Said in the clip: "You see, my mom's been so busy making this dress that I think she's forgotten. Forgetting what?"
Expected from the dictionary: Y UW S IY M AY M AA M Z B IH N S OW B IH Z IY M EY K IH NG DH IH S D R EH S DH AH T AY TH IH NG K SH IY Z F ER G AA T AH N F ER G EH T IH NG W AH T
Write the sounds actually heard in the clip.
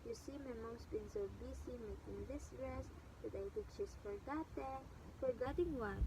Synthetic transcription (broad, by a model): Y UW S IY M AY M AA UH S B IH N S OW B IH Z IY M EY K IH NG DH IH S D R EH S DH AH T AY T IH K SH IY S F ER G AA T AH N F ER G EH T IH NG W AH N